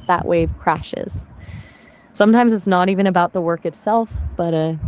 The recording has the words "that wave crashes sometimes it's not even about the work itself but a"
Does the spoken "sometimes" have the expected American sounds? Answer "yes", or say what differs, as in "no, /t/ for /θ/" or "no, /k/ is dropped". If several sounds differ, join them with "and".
yes